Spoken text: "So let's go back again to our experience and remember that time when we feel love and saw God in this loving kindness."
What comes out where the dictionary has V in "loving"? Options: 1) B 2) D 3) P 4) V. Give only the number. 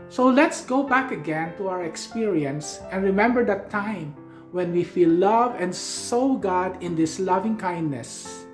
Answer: 4